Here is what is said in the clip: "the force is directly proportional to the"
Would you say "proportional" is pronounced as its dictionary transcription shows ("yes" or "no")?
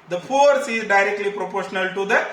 yes